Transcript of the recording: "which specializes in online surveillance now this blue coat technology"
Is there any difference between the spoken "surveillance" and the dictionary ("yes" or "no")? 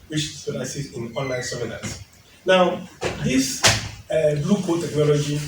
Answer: yes